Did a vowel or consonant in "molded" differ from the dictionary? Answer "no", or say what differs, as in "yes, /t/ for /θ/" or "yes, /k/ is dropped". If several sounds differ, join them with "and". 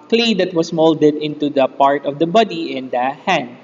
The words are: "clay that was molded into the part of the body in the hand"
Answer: no